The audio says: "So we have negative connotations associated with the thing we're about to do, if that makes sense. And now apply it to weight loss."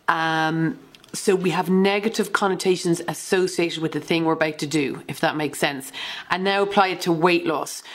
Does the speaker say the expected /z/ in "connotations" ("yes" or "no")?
yes